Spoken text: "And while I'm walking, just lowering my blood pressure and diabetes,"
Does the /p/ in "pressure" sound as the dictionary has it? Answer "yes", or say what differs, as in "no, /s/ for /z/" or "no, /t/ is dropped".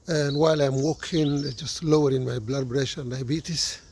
no, /b/ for /p/